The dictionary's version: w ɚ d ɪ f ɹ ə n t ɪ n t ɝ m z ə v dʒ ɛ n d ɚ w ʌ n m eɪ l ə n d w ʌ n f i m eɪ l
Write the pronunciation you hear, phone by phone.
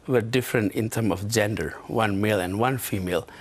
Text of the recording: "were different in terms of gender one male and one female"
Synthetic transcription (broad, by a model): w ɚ d ɪ f ɹ ə n t ɪ n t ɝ m ə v dʒ ɛ n d ɚ w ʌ n m eɪ l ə n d w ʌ n f i m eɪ l